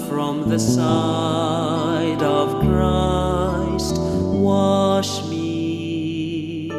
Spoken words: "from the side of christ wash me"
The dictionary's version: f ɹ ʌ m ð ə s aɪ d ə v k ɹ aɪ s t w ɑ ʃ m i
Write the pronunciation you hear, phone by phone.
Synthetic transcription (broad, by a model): f ɹ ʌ m ð ə s aɪ d ə v k ɹ aɪ s t w ɑ ʃ m i